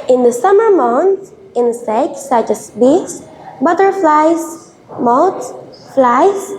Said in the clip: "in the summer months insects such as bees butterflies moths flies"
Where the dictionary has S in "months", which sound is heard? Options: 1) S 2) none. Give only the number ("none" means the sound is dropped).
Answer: 2